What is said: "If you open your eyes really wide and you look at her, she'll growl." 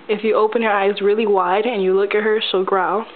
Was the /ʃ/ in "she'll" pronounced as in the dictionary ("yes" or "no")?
no